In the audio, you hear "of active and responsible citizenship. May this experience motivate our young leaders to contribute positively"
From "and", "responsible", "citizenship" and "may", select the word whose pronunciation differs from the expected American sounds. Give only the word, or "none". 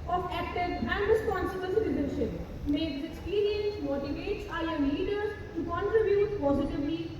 citizenship